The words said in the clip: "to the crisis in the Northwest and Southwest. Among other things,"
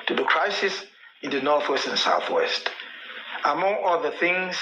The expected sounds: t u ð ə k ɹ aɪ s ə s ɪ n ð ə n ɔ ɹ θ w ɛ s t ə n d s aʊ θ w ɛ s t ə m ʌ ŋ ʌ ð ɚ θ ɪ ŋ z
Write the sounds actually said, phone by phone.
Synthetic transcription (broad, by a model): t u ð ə k ɹ aɪ s ə s ɪ n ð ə n ɔ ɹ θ w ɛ s t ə n s aʊ θ w ɛ s t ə m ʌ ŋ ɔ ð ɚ θ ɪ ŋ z